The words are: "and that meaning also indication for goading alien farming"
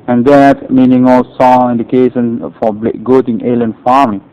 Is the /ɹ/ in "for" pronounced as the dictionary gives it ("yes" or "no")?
no